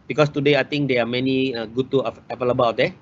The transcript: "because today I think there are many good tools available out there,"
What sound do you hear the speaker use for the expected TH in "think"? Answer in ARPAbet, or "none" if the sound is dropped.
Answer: T